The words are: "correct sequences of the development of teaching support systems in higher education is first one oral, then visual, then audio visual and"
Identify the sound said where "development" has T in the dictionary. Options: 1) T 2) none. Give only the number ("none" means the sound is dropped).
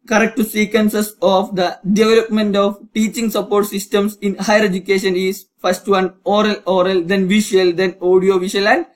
1